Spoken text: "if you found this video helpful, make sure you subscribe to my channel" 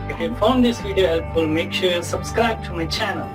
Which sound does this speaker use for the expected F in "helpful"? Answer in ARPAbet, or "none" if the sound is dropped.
none